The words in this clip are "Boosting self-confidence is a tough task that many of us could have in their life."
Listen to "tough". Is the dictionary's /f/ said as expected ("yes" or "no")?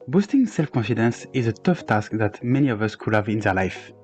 yes